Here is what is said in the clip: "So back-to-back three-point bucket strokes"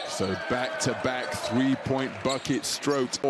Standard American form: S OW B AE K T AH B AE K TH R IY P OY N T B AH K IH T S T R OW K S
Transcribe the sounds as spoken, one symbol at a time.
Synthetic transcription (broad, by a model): S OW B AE K T AH B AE K TH R IY P OY N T B AH K IH T S T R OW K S